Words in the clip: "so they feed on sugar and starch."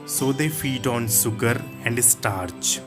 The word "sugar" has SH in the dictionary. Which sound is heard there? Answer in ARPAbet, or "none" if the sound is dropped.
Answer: S